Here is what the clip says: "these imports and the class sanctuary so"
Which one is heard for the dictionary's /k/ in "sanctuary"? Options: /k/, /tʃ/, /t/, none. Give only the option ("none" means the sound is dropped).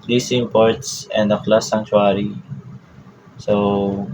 none